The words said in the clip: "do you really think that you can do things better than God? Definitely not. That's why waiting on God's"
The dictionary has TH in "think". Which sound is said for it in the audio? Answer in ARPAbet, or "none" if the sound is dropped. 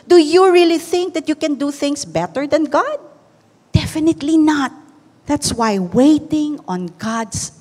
TH